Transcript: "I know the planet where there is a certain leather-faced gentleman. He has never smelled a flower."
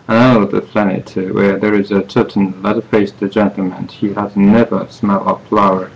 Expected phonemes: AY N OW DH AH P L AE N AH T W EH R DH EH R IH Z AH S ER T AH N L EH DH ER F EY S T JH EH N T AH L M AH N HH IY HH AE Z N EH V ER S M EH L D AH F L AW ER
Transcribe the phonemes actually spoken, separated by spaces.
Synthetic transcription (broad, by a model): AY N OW DH AH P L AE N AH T W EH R DH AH R IH Z AH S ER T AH N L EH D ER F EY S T JH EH N T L M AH N HH IY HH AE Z N EH V ER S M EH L AH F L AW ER